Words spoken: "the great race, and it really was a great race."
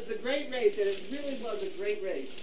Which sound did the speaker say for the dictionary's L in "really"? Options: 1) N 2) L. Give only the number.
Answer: 2